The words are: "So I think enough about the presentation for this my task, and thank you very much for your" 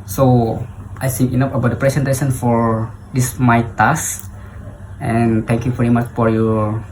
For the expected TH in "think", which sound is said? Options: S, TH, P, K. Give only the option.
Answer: S